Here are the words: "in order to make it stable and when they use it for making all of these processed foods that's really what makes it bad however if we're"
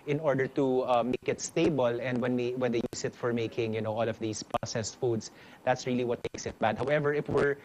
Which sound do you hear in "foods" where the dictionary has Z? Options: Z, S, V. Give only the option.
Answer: S